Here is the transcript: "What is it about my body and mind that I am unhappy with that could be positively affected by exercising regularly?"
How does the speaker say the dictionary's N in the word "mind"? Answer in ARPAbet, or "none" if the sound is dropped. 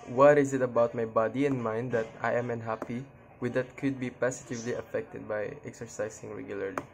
N